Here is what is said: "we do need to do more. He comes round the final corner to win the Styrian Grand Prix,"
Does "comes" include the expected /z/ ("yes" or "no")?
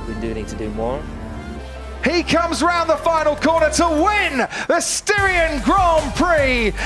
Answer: yes